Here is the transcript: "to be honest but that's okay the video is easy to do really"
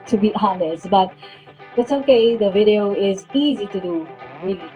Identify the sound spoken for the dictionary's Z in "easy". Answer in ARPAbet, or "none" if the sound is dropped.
Z